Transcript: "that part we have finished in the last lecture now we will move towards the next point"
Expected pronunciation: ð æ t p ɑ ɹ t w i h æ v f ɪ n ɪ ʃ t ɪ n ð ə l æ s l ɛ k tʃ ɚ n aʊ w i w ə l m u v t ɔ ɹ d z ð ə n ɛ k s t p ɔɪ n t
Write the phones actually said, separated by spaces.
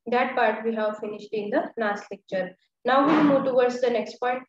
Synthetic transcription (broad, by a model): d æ t p ɑ ɹ t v i h æ v f ɪ n ɪ ʃ t ɪ n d ə n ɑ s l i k tʃ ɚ n aʊ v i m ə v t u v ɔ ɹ d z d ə n ɛ k s t p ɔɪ n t